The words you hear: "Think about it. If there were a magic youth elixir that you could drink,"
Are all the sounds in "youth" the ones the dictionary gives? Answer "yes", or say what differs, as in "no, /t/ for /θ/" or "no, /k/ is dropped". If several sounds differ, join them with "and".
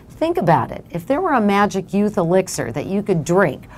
yes